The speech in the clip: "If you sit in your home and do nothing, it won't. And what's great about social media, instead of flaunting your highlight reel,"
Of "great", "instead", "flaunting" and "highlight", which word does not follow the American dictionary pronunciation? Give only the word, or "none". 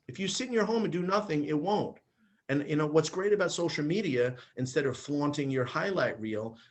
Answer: none